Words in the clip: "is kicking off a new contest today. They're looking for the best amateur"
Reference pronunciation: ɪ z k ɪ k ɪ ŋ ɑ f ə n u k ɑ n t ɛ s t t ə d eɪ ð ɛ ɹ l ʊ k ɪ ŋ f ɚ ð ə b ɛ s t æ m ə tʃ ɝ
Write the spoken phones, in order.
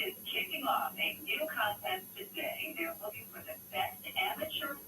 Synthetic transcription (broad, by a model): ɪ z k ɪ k ɪ ŋ ɑ f ə n u k ɑ n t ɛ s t t ə d eɪ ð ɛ ɹ w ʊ ɪ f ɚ ð ə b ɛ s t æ m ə tʃ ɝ